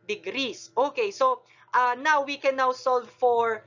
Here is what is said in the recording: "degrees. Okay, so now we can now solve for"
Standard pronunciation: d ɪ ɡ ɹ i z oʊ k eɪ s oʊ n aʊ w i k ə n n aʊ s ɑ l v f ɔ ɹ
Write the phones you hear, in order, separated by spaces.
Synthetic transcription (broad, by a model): d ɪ ɡ ɹ i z oʊ k eɪ s oʊ n aʊ w i k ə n n aʊ s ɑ l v f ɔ ɹ